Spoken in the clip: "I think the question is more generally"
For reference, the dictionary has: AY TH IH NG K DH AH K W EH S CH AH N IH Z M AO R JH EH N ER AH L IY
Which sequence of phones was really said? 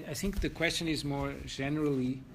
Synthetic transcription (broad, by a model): AY TH IH NG K DH AH K W EH S CH AH N IH Z M AO R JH EH N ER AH L IY